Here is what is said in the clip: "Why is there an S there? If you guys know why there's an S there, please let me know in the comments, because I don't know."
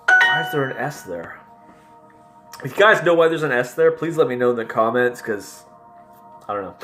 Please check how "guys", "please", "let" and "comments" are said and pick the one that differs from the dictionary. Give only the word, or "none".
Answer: none